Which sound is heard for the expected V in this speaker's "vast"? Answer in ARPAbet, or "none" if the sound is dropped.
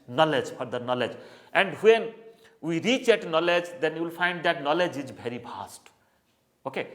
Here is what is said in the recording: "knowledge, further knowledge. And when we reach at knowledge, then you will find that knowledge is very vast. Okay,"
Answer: P